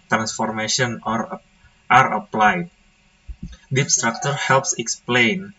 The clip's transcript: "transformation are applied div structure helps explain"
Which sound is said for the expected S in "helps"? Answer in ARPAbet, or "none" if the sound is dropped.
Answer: S